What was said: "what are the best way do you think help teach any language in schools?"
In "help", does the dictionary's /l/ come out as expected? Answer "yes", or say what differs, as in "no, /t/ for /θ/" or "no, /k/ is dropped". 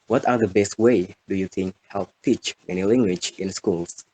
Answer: yes